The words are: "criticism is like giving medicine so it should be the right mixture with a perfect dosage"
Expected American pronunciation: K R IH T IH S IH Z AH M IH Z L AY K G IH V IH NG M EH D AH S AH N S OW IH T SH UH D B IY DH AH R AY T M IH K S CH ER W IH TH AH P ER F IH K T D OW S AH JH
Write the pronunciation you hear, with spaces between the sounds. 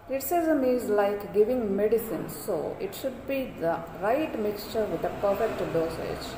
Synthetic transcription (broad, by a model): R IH T S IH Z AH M IH Z L AY K G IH V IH NG M EH D AH S AH N S OW IH T SH UH D B IY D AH R AY T M IH K S CH ER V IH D AH P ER F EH K T D OW S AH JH